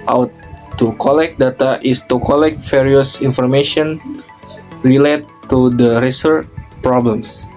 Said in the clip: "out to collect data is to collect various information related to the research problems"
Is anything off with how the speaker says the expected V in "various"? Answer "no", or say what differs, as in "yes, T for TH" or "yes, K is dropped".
yes, F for V